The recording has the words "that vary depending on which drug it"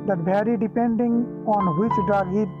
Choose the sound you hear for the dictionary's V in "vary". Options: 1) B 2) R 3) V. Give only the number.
1